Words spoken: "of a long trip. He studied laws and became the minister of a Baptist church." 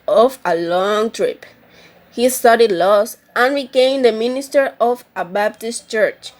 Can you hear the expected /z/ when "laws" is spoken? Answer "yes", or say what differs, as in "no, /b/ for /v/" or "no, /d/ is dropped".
no, /s/ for /z/